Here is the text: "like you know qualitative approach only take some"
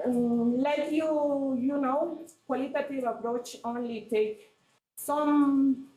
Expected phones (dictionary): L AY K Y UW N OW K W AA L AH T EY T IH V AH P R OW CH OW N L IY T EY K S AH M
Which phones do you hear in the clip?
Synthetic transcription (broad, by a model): L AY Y Y UW N OW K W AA L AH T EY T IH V AH P R OW CH OW N L IY T EY K S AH M